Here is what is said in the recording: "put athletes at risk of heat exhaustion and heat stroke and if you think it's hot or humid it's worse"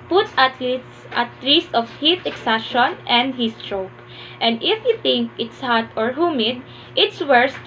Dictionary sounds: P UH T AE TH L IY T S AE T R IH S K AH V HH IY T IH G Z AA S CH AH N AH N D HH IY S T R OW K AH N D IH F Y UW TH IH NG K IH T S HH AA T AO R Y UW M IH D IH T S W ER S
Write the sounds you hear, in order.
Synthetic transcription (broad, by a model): P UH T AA T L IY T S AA T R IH S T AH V HH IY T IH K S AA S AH N AH N D HH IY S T R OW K AH N D IH F Y UW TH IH NG K IH T S HH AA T AO R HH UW M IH D IH T S W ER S